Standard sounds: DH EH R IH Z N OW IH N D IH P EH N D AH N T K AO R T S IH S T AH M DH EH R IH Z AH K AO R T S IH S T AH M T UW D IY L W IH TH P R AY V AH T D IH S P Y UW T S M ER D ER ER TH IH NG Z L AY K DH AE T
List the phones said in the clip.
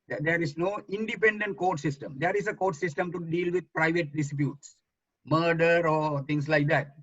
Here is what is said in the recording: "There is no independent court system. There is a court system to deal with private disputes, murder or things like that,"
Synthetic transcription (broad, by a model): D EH R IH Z N OW IH N D IH P EH N D AH N T K AO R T S IH S T AH M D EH R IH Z AH K AO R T S IH S T AH M T UW D IY L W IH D P R AY V AH T D IH S P Y UW T S M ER D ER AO T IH NG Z L AY K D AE T